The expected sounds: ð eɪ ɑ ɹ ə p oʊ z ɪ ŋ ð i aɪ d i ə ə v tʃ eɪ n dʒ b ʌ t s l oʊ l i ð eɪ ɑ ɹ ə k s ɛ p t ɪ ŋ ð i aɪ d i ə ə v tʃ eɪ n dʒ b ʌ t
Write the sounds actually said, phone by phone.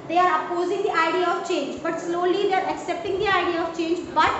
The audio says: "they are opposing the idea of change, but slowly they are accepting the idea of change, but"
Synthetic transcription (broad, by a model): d eɪ ɑ ɹ ə p oʊ z ɪ ŋ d i aɪ d i ə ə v tʃ eɪ n dʒ b ʌ t s l oʊ l i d eɪ ɑ ɹ ə k s ɛ p t ɪ ŋ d i aɪ d i ə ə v tʃ eɪ n dʒ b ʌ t